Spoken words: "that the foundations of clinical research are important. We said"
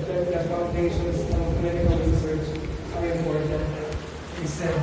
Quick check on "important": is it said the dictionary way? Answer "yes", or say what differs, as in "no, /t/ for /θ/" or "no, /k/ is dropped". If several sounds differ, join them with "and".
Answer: no, /n/ is dropped